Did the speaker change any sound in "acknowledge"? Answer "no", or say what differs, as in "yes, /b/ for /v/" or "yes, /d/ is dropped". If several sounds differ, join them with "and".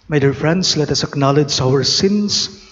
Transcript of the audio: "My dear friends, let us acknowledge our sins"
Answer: no